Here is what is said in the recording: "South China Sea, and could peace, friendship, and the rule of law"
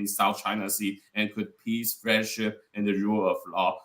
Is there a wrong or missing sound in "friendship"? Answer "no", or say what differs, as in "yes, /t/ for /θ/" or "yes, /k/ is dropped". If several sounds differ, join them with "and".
yes, /n/ is dropped